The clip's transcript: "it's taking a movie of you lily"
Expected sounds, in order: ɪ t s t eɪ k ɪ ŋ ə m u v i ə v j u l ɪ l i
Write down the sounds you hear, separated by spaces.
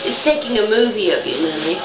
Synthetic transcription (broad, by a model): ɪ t s t eɪ k ɪ ŋ ə m u v i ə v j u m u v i